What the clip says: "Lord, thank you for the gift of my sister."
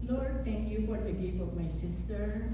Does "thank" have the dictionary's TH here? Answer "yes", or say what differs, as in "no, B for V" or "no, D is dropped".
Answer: no, T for TH